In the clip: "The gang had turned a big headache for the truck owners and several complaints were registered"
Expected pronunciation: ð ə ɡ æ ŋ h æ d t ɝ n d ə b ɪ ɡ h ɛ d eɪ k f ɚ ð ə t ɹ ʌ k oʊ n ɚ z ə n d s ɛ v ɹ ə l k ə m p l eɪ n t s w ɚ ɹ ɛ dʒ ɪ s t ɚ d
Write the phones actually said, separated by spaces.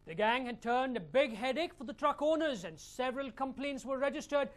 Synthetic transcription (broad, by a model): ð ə ɡ æ ŋ h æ d t ɝ n d ə b ɪ ɡ h ɛ d eɪ k f ɚ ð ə t ɹ ʌ k oʊ n ɚ z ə n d s ɛ v ɹ ə l k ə m p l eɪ n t s w ɚ ɹ ɛ dʒ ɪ s t ɚ d